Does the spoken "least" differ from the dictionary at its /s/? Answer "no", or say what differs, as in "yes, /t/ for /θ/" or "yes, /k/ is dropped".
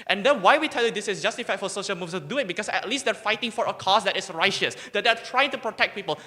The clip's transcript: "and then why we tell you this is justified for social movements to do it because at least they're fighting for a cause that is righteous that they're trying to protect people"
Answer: no